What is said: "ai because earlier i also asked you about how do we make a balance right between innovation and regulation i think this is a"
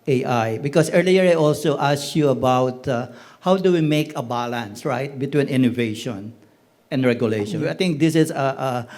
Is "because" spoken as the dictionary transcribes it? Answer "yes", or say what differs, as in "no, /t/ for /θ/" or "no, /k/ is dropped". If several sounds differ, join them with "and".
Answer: no, /s/ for /z/